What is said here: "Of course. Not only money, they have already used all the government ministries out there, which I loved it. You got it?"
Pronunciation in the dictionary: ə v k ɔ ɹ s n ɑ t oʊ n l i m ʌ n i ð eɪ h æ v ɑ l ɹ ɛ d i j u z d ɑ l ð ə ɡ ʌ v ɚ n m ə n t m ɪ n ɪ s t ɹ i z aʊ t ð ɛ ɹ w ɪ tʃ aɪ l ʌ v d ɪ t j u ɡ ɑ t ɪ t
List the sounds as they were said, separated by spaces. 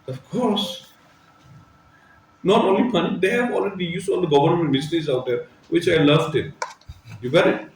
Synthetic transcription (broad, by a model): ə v k ɔ ɹ s n ɑ t oʊ n l i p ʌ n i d eɪ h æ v ɑ l ɹ ɛ d i j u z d ɑ l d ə ɡ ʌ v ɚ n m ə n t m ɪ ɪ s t i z aʊ t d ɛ ɹ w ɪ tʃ aɪ l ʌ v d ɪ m j u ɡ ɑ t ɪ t